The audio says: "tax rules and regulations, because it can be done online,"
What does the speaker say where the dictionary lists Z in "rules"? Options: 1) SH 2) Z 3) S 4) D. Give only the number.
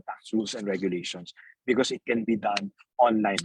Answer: 3